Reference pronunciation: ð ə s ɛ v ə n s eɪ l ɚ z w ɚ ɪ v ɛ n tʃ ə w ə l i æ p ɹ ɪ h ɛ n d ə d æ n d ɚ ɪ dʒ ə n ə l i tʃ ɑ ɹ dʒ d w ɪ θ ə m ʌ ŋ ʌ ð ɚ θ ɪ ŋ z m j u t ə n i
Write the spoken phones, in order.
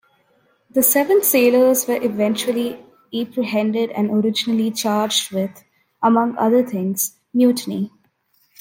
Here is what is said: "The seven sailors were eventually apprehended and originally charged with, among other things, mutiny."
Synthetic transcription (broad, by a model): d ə s ɛ v ə n s eɪ l ɚ z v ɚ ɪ v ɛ n tʃ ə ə l i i p ɹ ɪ h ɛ n d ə d æ n d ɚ ɪ dʒ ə n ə l i tʃ ɑ ɹ dʒ d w ɪ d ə m ʌ ŋ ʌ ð ɚ t ɪ ŋ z m j u t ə n i